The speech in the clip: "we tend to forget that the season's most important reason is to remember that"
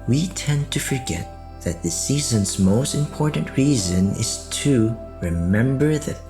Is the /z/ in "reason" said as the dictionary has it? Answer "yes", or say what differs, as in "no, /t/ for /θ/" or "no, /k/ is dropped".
yes